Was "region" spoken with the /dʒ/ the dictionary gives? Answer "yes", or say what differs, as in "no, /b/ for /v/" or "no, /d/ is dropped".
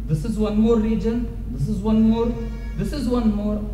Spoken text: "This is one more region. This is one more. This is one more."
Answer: yes